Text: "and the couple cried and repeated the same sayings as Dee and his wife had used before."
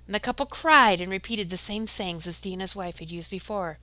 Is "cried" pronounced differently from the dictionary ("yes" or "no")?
no